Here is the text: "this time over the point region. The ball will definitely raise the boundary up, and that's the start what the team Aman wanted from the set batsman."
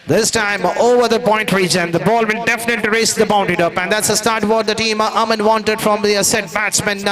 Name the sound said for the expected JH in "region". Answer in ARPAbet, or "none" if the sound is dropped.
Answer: JH